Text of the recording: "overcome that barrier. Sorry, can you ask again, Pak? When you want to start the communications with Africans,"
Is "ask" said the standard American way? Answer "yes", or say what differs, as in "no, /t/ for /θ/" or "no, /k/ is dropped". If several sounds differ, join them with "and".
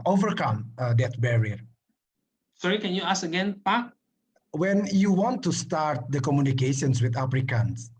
no, /k/ is dropped